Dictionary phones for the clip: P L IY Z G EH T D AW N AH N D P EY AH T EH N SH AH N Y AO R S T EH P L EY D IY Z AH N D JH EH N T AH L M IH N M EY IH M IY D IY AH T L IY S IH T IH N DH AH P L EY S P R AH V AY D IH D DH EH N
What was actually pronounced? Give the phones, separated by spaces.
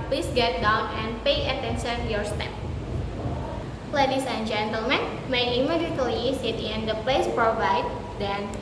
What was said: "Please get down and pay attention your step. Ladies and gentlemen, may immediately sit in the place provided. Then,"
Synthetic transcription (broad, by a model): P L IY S G EH T D AW N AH N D P EY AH T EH N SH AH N Y AO R S T EH P L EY D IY S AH N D JH EH N T AH L M IH N M EY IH M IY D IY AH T IY S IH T IH N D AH P L EY S P R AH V AY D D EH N